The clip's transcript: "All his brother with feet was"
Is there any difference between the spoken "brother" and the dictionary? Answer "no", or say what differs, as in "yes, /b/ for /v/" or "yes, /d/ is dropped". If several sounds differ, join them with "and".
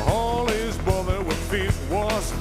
no